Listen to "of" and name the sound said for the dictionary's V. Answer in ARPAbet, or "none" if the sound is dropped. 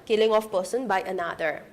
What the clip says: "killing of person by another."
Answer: F